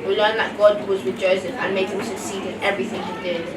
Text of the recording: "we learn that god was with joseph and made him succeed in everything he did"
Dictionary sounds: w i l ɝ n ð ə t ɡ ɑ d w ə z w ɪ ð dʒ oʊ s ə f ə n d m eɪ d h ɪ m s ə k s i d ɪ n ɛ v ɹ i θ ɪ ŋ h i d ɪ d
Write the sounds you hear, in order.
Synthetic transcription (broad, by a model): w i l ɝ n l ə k ɡ ɑ d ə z w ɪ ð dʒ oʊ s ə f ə n m eɪ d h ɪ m s ə k s i d ɪ n ɛ v ɹ i θ ɪ ŋ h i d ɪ